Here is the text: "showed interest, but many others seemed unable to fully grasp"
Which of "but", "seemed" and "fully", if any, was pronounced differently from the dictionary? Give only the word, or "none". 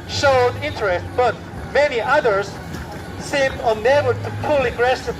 fully